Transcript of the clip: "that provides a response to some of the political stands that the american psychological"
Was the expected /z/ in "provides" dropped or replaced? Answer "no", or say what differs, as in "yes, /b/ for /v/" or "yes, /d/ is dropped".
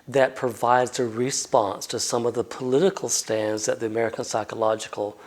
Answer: no